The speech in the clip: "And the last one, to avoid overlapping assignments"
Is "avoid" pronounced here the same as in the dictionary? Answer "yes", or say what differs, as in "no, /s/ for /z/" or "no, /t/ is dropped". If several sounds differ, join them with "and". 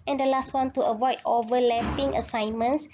yes